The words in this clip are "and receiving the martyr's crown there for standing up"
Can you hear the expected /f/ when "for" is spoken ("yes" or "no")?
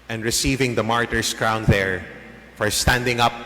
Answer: yes